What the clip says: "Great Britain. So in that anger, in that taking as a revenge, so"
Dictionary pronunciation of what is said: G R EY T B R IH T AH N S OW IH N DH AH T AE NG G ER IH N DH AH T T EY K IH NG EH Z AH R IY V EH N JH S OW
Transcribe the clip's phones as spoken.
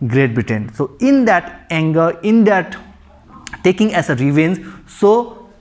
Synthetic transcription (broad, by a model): G R EY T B IH T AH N S OW IH N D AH T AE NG G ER IH N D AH T T EY K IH NG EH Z AH R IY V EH N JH S OW